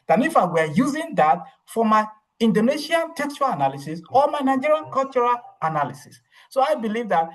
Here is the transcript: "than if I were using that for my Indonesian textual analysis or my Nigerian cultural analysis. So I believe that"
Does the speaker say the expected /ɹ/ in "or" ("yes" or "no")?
no